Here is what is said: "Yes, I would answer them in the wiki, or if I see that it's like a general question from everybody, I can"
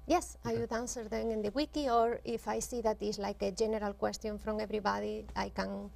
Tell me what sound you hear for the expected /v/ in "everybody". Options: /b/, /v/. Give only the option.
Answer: /b/